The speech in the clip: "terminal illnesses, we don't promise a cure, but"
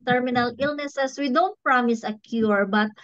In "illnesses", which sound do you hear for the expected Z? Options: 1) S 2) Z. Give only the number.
1